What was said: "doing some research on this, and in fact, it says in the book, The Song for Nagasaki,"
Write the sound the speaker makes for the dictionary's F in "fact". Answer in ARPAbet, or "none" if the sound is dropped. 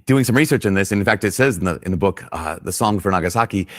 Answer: F